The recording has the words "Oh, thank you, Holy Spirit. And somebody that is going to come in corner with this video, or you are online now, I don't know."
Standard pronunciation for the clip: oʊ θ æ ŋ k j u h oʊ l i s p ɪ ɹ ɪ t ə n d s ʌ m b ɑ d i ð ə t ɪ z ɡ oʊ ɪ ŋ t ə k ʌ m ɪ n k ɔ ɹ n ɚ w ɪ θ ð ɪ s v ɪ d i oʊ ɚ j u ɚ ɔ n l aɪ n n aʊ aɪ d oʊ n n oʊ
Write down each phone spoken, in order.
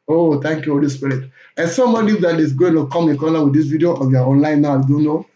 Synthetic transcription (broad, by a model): oʊ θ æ ŋ k j u h oʊ l i s p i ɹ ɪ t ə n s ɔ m ɑ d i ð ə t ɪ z ɡ oʊ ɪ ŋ t ə k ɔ m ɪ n k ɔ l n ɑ w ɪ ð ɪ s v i d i oʊ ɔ j u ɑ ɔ n l aɪ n n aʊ aɪ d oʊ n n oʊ